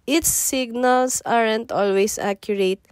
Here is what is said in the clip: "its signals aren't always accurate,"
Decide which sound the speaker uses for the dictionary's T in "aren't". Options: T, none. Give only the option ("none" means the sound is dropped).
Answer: T